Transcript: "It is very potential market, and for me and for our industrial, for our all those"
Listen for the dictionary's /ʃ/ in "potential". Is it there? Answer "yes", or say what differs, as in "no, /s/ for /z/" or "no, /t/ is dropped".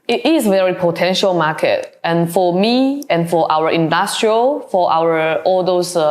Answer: yes